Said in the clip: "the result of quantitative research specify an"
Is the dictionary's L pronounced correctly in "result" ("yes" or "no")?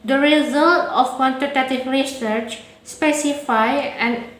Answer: yes